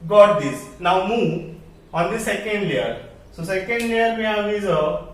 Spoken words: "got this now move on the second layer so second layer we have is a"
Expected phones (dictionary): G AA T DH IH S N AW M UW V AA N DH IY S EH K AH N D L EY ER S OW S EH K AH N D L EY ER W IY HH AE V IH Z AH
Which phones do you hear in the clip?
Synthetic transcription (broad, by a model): G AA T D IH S N AW M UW AA N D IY S EH K AH N D L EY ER S OW S EH K AH N D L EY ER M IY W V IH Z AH